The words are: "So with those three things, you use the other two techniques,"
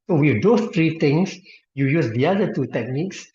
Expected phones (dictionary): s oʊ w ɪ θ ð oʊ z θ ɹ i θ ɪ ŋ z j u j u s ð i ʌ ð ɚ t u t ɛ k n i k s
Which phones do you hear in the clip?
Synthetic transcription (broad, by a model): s oʊ w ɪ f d oʊ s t ɹ i t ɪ ŋ s j u j u s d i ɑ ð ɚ t u t ɛ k n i k s